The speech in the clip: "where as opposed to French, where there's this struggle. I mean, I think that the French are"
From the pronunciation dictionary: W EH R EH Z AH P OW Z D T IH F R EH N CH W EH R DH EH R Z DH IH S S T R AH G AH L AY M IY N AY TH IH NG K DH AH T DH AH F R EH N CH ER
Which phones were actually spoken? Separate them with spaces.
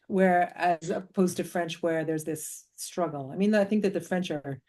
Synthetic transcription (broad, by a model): W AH R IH Z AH P OW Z T IH F R EH N CH W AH R DH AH R Z DH IH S S T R AH G L AY M IY N AY TH IH NG K DH AH T DH AH F R EH N CH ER